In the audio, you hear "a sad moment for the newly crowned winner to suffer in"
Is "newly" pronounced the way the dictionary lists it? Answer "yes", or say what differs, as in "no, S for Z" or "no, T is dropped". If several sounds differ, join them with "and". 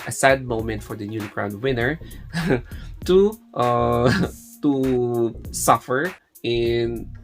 no, N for L